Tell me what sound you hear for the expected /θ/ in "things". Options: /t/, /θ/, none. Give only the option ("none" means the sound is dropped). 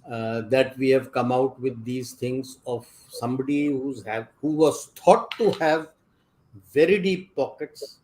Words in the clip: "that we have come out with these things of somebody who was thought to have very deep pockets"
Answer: /t/